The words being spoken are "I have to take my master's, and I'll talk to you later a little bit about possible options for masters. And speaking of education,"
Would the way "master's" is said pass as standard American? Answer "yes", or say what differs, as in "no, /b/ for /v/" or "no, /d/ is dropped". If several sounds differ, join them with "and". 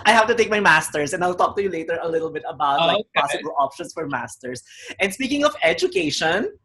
no, /s/ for /z/